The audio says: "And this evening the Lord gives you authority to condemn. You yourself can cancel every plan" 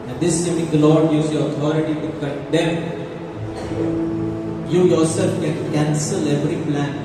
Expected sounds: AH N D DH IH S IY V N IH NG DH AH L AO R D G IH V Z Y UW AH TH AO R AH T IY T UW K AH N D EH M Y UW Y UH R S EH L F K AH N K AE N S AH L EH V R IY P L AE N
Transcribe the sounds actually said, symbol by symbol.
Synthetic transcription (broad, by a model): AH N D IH S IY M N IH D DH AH L AO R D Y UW Z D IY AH T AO R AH T IY T UW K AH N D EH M Y UW Y UH R S EH L F K AH N K AE N S AH L EH V R IY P L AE N